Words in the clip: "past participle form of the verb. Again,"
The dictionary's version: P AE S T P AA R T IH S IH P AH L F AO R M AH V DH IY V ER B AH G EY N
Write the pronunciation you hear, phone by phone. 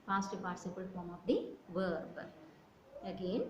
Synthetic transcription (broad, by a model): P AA S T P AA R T S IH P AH L F AO R M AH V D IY V ER B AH G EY N